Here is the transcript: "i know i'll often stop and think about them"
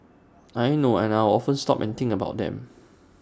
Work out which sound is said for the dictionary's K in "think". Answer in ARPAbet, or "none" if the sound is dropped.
none